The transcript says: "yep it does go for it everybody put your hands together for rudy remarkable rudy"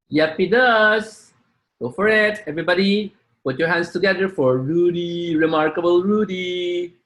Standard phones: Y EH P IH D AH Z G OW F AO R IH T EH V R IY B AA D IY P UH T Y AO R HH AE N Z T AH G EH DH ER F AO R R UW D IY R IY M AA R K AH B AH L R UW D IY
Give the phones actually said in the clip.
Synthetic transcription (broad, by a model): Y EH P IH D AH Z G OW F AO R IH T EH V R IY B AA D IY P UH T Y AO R HH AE N S T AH G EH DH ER F AO R R UW D IY R IY M AA R K AH B AH L R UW D IY